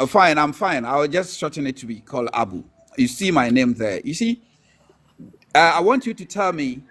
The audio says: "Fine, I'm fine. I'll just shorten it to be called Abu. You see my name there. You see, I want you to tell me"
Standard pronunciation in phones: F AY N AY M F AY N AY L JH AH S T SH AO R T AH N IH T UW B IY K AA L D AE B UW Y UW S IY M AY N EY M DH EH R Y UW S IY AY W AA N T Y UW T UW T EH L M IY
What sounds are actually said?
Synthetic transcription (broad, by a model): F AY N AY M F AY N AY W JH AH S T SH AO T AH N IH T UW B IY K AA L D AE B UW Y UW S IY M AY N EY M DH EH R Y UW S IY AY W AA N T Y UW T UW T EH L M IY